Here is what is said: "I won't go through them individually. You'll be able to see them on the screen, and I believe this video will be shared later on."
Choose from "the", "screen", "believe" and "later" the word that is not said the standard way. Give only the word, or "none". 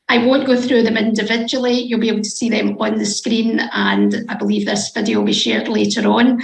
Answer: none